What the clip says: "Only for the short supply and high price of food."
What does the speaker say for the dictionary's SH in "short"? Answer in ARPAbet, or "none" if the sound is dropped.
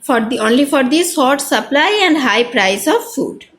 S